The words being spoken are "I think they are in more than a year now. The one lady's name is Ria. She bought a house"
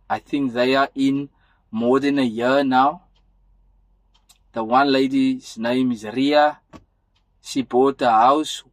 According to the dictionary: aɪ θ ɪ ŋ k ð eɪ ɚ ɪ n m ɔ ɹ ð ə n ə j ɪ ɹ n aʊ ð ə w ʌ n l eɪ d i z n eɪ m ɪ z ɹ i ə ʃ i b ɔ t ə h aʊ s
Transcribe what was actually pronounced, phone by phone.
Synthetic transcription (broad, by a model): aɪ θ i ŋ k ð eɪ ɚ ɪ n m ɔ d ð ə n ə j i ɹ n aʊ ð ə w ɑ n l eɪ d i z n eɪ m ɪ z ɹ i ə s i b ɔ t ə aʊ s